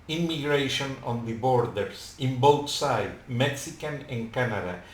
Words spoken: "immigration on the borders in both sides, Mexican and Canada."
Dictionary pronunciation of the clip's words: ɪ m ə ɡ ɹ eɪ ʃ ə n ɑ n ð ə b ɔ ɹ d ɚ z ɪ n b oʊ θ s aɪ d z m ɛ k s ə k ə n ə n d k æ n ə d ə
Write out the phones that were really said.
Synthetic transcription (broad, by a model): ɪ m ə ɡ ɹ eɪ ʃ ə n ɑ n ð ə b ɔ ɹ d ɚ s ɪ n b oʊ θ s aɪ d m ɛ k s ə k ə n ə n k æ n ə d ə